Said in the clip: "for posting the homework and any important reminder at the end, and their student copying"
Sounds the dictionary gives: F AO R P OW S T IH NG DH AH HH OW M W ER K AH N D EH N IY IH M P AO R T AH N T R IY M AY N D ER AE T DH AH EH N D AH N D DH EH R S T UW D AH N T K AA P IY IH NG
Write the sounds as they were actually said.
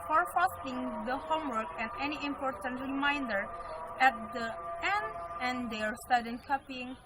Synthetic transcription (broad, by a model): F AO R F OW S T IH NG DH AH HH OW M W ER K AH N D EH N IY IH M P AO R T AH N T R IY M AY N D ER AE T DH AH EH N D AH N D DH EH R S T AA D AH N K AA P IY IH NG